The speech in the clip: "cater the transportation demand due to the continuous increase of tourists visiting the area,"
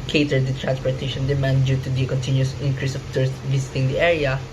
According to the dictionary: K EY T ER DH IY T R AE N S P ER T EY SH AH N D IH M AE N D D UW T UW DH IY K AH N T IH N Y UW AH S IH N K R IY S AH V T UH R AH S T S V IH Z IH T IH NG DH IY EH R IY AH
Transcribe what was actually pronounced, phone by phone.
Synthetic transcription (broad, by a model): K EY T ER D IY T R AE N S P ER T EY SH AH N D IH M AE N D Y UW T UW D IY K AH N T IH N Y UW S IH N K R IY S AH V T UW R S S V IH S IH T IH NG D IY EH R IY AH